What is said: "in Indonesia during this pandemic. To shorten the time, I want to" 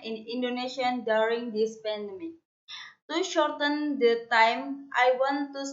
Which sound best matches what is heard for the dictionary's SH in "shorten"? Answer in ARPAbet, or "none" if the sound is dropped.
SH